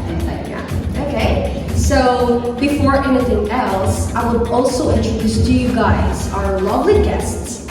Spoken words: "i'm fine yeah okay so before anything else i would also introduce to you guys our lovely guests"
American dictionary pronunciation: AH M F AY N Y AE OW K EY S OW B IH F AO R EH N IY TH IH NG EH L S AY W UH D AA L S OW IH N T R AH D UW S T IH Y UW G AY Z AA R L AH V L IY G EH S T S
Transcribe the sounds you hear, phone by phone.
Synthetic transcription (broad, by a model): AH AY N Y AE OW K EY S OW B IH F AO R EH N IY TH IH NG EH L S AY W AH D AA L S OW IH N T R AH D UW S T IH Y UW G AY Z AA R L AH V L IY G EH S T S